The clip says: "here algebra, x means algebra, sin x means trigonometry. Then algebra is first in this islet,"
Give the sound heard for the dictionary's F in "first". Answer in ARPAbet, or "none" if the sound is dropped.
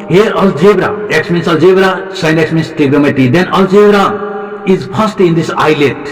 P